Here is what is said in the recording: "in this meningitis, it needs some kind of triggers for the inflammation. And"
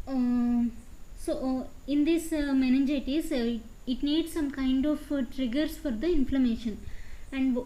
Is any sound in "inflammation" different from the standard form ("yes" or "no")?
no